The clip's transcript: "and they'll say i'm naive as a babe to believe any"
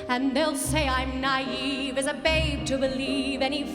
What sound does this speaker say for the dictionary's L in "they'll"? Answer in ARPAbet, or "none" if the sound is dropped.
L